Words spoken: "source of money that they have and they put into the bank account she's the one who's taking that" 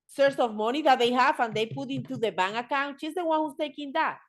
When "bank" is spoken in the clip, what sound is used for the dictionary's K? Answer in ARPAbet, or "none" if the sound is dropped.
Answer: none